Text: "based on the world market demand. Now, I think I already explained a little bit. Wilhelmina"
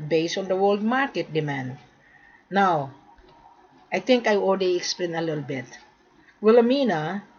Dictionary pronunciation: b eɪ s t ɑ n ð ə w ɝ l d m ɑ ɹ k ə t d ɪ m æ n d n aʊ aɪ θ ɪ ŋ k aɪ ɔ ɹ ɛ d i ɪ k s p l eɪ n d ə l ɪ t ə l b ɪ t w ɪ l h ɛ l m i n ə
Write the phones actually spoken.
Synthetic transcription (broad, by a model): b eɪ s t ɑ n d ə w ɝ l d m ɑ ɹ k ə t d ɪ m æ n d n aʊ aɪ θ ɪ ŋ k aɪ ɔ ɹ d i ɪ k s p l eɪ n ə l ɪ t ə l b ɪ t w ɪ l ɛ m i n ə